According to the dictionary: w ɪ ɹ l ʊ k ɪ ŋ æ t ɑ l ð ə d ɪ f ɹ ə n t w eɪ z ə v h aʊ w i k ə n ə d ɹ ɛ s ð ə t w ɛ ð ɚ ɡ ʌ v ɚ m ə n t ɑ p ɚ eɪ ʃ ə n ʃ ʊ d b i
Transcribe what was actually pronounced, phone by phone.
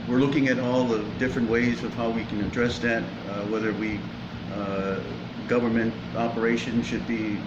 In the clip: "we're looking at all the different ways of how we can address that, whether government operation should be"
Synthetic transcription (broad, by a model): w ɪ ɹ l ʊ k ɪ ŋ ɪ t ɑ l ð ə d ɪ f ɹ ə n t w eɪ z ə v h aʊ w i k ə n ə d ɹ ɛ s ð ə t w ɛ ð ɚ ɡ ʌ v ɚ m ə n t ɑ p ɚ eɪ ʃ ə n ʃ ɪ d b i